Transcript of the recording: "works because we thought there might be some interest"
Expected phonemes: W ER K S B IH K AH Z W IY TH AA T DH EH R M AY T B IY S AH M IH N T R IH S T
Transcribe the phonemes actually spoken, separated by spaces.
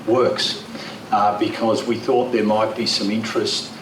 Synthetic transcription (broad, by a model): W ER K S B IH K AH Z W IY TH AA T DH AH R M AY T B IY S AH M IH N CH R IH S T